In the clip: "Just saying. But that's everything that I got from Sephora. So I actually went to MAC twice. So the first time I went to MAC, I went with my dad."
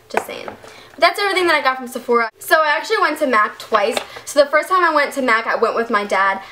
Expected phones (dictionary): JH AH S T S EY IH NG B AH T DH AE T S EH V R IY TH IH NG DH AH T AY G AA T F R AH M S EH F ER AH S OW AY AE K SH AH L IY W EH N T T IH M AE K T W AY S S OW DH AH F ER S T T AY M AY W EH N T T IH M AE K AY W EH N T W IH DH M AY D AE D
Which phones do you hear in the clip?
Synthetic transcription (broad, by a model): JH AH S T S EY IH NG B AH T DH AE T S EH V R IY TH IH NG DH AH T AY G AA T F R AH M S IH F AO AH S OW AY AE K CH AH L IY W EH N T T IH M AE K T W AY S S OW DH AH F ER S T T AY M AY W EH N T T IH M AE K AY W EH N T W IH DH M AY D AE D